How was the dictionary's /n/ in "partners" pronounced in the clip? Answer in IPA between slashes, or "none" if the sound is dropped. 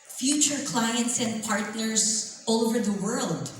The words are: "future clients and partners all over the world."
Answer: /n/